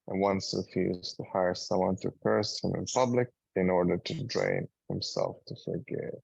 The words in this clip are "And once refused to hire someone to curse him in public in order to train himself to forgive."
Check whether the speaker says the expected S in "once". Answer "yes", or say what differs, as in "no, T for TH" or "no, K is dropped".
yes